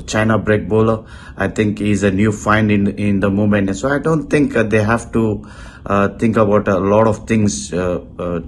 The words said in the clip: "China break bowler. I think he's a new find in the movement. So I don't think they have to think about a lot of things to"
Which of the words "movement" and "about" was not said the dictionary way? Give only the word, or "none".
movement